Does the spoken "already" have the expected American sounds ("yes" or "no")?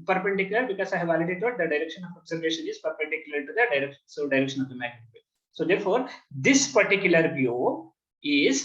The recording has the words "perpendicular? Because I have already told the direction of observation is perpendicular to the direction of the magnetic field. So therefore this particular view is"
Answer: no